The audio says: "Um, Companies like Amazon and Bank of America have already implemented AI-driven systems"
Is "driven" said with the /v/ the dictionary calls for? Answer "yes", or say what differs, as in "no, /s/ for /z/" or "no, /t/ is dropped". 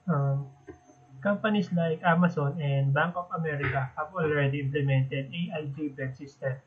no, /b/ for /v/